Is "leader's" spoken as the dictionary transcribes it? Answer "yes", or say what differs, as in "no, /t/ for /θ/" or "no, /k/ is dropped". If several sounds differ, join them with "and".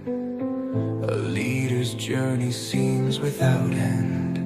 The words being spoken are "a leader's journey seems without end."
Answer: yes